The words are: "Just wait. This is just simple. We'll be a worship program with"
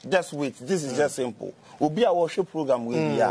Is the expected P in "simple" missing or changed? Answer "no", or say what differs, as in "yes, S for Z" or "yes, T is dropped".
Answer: no